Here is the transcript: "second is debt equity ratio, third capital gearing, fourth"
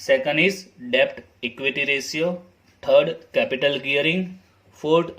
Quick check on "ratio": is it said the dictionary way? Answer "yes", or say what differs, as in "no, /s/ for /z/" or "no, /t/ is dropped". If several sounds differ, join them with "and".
no, /s/ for /ʃ/